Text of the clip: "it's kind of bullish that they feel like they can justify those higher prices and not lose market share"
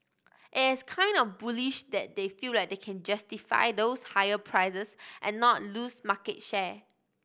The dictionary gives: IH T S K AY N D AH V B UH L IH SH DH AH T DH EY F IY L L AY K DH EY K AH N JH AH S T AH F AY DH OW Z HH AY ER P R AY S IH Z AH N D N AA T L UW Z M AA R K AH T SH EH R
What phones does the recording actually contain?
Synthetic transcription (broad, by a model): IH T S K AY N D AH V B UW L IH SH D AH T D EY F IY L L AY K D EY K AH N JH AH S T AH F AY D OW S HH AY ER P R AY IH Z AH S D N AA T L UW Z M AA K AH T SH EH